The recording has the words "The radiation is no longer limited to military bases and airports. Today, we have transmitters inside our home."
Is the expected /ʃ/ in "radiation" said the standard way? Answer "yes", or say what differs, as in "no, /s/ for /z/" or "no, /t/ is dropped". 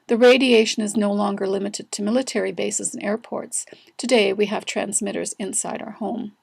yes